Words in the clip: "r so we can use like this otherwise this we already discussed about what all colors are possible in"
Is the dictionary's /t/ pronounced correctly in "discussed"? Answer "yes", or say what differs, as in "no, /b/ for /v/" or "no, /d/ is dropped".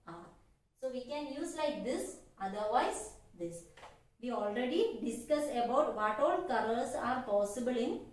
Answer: no, /t/ is dropped